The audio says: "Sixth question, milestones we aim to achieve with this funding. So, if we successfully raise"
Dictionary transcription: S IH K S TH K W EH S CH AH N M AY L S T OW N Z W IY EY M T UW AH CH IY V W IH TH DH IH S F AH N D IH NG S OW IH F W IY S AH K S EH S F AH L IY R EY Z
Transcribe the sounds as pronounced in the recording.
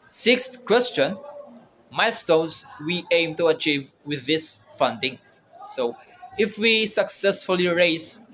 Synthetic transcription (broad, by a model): S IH K S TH K W EH S CH AH N M AY S T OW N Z W IY EY M T UW AH CH IY V W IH DH IH S F AH N D IH NG S OW IH F W IY S AH K S EH S F AH L IY R EY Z